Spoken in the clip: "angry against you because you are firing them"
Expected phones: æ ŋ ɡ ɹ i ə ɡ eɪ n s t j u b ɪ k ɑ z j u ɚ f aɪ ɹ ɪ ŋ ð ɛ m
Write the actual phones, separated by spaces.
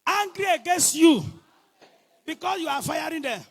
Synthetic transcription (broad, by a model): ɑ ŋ ɡ ɹ i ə ɡ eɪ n s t j u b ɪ k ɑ s j u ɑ f aɪ ɹ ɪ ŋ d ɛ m